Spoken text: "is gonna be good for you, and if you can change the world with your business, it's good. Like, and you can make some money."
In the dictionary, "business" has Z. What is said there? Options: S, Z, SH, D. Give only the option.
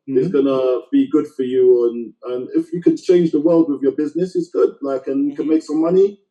Z